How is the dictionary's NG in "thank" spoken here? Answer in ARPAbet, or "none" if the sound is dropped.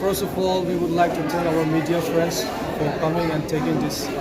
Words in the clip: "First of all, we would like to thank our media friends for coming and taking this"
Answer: none